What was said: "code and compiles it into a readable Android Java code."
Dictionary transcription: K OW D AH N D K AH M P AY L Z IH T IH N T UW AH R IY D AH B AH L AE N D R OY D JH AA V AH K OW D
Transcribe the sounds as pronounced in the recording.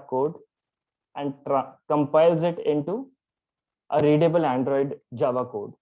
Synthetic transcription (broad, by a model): K OW D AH N D K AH M P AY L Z IH T IH N T UW AH R IY D AH B AH L AE N D R OY D JH AA V AH K OW D